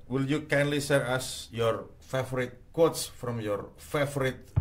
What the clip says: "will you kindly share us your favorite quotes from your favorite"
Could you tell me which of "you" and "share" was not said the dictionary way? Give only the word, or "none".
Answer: share